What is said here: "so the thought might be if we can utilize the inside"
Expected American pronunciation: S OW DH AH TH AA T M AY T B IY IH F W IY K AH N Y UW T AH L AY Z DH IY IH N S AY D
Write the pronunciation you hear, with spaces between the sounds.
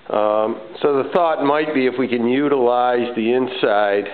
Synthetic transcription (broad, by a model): S OW DH AH TH AA T M AY T B IY IH F W IY K AH N Y UW T AH L AY Z DH IY IH N S AY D